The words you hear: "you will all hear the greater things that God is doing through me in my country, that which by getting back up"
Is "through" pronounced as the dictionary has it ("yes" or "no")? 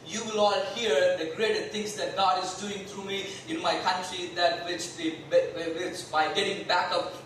no